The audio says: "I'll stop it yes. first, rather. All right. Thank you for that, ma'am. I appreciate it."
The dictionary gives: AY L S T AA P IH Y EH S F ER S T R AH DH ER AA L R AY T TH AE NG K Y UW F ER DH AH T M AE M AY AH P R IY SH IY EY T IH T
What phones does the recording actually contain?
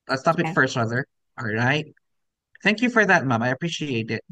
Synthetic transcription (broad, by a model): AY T S T AA P IH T F ER S T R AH DH ER AA L R AY T TH AE NG K Y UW F ER DH AH T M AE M AY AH P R IY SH IY EY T IH T